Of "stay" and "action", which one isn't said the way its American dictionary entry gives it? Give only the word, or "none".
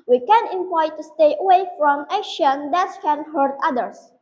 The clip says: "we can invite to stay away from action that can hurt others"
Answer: action